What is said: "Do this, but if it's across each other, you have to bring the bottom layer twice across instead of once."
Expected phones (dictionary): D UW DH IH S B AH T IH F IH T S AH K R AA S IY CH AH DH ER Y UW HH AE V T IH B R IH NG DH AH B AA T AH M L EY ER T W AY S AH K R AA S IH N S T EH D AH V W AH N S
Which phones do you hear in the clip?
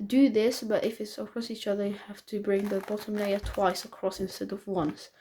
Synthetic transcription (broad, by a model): D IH DH IH S B AH T IH F IH T S AH K R AA S IY CH AH DH ER Y UW HH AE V T IH B R IH NG DH AH B AA T AH M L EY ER T W AY S AH K R AA S IH N S T EH D AH V W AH N S